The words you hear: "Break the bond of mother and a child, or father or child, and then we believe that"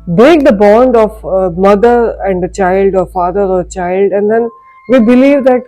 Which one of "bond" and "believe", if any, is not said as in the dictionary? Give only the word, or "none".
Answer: none